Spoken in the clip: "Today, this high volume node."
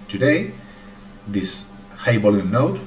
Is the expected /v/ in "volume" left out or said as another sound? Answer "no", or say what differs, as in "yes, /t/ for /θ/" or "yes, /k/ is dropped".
yes, /b/ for /v/